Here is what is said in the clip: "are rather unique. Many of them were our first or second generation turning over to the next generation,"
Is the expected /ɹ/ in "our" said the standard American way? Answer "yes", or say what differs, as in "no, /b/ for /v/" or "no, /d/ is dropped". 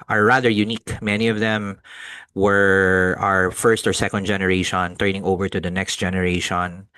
yes